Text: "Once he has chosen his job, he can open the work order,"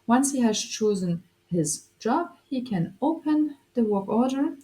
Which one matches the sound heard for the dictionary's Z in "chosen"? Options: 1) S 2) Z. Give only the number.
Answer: 2